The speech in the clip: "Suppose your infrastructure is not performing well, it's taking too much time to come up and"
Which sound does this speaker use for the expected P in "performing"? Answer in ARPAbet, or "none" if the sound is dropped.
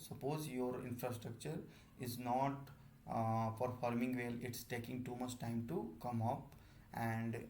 F